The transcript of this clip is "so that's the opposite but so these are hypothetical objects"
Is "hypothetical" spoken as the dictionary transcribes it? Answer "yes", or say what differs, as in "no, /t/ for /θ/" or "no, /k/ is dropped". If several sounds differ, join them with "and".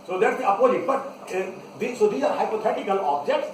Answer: no, /t/ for /θ/